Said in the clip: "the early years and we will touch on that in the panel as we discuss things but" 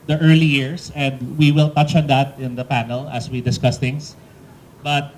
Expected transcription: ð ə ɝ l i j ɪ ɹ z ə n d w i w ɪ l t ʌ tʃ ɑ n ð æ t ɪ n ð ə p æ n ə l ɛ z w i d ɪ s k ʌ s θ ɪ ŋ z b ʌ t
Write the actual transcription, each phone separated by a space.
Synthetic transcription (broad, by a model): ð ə ɝ l i j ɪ ɹ s ə n d w i w ɪ l t ʌ tʃ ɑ n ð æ t ɪ n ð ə p æ n ə l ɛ s w i d ɪ s k ʌ s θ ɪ ŋ s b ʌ t